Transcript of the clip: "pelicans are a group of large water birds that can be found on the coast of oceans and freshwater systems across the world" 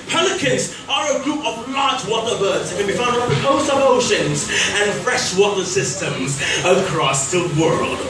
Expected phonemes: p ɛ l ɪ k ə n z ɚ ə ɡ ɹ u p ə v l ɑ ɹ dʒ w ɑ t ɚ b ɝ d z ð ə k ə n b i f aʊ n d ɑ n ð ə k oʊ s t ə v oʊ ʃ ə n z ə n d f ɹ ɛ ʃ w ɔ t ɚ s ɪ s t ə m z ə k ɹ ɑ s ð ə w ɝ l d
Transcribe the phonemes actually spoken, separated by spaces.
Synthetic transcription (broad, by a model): p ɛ l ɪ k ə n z ɚ ə ɡ ɹ u p ə v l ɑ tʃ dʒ w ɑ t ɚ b ɝ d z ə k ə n b i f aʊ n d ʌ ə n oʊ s ə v oʊ ʃ ə n z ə n f ɹ ɛ ʃ w ɔ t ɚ s ɪ s t ə m z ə k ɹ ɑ s ð ə w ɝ l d